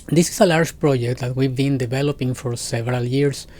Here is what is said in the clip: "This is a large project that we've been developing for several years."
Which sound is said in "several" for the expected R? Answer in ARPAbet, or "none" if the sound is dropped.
R